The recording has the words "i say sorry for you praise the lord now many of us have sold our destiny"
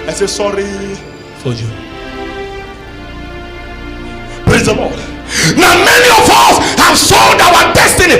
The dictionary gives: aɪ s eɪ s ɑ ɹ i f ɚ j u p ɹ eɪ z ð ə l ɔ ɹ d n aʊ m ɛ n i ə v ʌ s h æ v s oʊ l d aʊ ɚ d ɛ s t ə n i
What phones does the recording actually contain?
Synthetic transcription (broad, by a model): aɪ s eɪ s ɑ ɹ i f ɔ j u p ɹ eɪ z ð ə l ɔ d n aʊ m ɛ n i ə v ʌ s h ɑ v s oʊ n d aʊ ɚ d ɛ s t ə n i